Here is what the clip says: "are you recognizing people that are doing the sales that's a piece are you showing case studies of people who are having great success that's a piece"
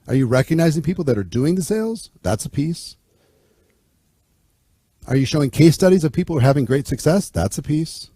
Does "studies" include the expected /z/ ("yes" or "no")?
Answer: yes